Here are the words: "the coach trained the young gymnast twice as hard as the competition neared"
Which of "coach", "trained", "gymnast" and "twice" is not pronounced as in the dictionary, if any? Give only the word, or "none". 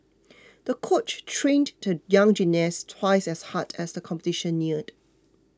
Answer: gymnast